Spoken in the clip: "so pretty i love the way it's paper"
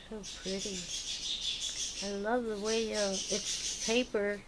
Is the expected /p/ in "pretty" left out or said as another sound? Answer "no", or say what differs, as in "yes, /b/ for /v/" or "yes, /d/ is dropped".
no